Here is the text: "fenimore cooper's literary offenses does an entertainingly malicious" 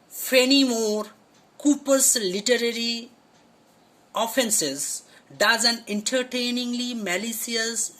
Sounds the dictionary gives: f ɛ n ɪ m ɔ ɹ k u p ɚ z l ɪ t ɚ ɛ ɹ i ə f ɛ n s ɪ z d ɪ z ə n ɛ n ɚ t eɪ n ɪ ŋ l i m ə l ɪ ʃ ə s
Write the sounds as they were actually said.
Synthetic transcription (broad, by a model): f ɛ n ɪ m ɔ ɹ k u p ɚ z l ɪ t ɚ ɛ ɹ i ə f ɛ n s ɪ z d ɪ z ə n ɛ n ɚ t eɪ n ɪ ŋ l i m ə l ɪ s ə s